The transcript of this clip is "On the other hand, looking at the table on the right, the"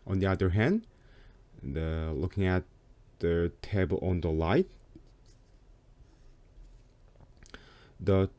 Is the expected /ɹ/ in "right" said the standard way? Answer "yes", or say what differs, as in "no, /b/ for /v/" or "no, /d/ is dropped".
no, /l/ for /ɹ/